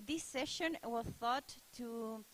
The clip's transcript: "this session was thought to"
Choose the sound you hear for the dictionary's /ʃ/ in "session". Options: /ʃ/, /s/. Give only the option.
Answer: /ʃ/